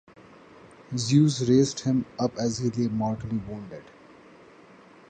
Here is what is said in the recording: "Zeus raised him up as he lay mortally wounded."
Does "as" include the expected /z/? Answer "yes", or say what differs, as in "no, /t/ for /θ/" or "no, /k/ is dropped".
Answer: yes